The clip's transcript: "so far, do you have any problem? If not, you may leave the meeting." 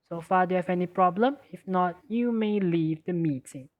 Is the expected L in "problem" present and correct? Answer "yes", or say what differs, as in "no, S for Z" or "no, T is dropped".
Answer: yes